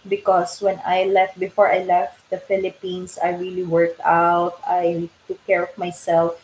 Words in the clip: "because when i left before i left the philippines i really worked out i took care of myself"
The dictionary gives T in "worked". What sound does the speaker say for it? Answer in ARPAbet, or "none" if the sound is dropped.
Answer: T